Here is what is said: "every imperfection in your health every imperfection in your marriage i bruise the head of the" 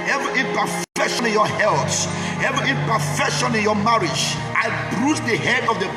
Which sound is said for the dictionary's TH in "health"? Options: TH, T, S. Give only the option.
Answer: S